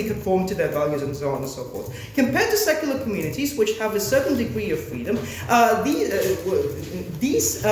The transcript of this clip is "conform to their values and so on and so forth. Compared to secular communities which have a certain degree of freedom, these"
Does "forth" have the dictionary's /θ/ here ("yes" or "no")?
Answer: no